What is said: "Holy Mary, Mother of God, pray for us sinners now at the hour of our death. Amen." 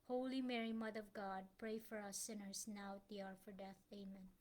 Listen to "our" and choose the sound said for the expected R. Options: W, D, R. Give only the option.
R